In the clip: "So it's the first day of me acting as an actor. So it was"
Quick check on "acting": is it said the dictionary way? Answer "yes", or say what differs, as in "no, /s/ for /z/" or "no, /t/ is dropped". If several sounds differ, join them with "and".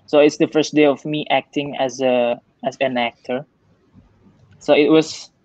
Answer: yes